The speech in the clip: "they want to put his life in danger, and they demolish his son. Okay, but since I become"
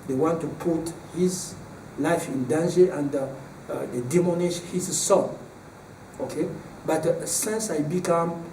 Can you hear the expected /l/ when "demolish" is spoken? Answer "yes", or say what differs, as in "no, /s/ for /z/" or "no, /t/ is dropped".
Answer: no, /n/ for /l/